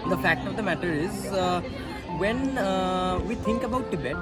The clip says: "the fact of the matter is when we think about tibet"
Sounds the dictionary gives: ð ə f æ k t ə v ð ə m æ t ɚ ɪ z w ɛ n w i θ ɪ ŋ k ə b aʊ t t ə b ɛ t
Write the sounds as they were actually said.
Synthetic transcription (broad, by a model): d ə f æ k t ə v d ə m æ t ɚ ɪ z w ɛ n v i t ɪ ŋ k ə b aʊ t t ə b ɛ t